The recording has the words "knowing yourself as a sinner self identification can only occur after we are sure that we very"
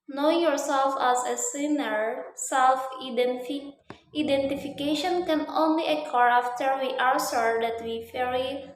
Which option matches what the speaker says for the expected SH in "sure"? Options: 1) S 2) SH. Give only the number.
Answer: 1